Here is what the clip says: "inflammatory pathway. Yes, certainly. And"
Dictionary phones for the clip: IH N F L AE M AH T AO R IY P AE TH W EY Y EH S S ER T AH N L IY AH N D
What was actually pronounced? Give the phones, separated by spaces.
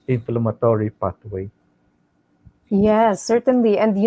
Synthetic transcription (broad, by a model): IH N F L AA M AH T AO R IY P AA T W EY Y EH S S ER T AH N L IY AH N D